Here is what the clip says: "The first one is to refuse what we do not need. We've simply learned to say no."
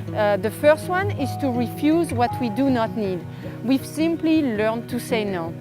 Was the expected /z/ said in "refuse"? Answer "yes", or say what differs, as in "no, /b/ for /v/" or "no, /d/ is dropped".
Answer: yes